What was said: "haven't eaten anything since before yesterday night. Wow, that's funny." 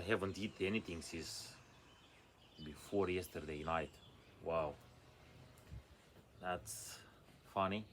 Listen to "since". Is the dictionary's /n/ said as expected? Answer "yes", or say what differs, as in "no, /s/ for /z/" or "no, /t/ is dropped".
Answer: no, /n/ is dropped